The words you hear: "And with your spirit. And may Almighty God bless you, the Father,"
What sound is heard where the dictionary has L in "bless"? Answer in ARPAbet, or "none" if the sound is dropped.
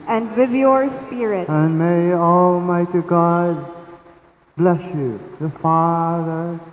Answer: L